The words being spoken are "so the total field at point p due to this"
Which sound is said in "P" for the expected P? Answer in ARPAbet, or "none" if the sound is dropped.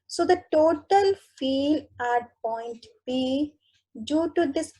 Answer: B